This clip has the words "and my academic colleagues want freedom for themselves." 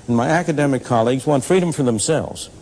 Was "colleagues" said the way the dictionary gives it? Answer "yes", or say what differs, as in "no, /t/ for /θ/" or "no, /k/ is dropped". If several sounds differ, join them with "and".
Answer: yes